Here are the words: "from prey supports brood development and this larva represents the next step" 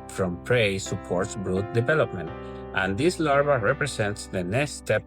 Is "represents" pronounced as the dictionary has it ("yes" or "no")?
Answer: no